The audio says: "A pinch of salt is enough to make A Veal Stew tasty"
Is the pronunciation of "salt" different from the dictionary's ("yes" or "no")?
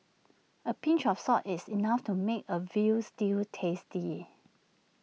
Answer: yes